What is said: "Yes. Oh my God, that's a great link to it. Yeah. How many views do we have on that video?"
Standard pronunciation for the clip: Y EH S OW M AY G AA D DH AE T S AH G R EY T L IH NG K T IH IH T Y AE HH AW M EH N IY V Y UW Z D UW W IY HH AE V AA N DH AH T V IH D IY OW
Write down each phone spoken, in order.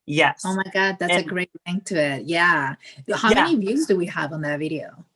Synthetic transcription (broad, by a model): Y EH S OW M AY G AA D DH AE T S AH G R EY T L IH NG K T IH IH T Y AE HH AW M EH N IY V Y UW Z D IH W IY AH V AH N DH AH T V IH D IY OW